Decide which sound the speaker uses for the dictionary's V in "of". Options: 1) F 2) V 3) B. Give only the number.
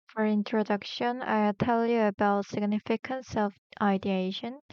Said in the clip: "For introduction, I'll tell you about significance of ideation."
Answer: 1